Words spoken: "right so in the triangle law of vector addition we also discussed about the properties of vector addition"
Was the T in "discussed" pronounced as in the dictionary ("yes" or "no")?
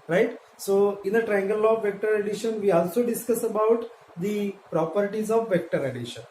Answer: no